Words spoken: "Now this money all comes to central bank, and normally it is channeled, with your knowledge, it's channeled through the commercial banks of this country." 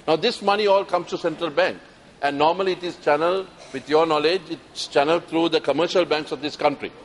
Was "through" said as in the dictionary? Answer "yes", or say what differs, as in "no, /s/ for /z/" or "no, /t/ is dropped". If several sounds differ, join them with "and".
no, /t/ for /θ/